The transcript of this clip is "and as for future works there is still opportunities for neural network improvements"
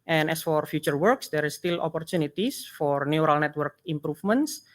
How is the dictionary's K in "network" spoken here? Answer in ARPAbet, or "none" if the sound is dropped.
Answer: K